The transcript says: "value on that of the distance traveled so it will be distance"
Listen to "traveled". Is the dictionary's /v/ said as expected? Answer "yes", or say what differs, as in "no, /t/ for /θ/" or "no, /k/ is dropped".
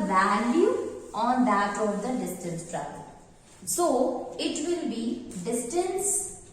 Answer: no, /b/ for /v/